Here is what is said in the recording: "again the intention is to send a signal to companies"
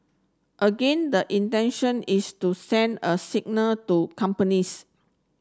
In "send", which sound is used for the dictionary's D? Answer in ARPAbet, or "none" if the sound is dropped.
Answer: D